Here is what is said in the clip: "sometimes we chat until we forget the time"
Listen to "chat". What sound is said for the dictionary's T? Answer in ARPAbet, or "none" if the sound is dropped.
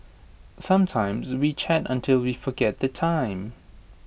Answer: T